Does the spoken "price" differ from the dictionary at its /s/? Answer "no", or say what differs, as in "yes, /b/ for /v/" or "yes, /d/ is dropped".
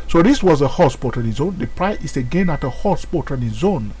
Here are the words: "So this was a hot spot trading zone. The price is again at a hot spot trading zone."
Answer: yes, /s/ is dropped